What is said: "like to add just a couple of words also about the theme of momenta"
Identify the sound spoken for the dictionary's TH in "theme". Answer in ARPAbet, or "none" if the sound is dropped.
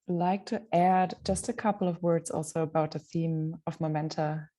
TH